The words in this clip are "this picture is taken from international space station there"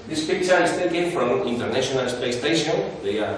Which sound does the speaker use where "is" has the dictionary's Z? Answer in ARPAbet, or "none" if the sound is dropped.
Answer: S